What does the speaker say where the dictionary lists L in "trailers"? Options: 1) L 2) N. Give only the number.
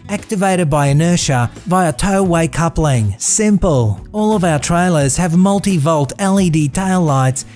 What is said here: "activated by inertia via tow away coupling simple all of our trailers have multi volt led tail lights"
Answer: 1